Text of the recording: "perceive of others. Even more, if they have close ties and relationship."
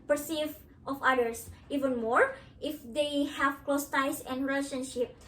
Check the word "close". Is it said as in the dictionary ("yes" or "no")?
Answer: yes